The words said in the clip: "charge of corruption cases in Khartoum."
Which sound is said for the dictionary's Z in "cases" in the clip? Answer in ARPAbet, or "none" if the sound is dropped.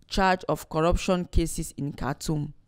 S